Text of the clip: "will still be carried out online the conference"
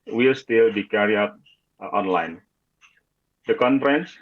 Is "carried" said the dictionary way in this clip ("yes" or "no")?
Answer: no